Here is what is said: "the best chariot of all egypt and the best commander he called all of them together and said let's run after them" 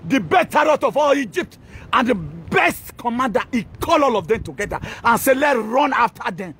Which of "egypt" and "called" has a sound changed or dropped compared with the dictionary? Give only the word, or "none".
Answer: called